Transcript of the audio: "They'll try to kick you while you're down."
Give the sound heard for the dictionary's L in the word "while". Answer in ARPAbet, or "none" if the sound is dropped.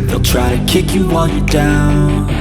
N